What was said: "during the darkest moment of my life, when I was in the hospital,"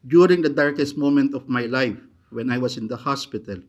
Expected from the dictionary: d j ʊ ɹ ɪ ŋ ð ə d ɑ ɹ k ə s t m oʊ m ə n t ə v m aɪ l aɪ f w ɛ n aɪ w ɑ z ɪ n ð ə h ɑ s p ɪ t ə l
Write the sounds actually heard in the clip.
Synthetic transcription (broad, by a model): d j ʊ ɹ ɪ ŋ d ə d ɑ ɹ k ə s t m oʊ m ə n t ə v m aɪ l aɪ f w ɛ n aɪ w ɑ s ɪ n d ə h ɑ s p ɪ t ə l